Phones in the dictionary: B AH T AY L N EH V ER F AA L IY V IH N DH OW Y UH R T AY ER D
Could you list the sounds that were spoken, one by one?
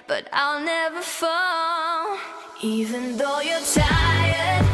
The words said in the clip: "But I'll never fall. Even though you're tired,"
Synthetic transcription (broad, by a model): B AH T AY L N EH V ER F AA N IY V IH N DH OW Y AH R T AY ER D